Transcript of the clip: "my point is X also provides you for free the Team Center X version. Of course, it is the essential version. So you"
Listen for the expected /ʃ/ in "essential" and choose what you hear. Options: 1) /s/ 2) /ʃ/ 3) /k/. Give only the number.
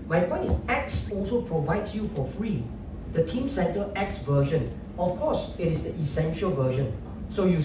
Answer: 2